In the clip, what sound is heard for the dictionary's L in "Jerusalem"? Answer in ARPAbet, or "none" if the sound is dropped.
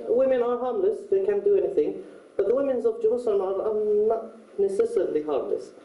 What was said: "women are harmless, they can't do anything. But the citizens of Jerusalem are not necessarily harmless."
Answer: N